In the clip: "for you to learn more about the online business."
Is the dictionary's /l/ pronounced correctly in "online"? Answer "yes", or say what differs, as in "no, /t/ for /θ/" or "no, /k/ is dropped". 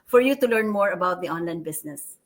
yes